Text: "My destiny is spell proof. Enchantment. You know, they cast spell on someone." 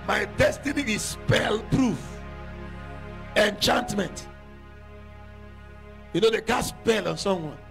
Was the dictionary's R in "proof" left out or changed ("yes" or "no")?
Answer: no